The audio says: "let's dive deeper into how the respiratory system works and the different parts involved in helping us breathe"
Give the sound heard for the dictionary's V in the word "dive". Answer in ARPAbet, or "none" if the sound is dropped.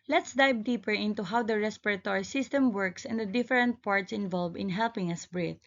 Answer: B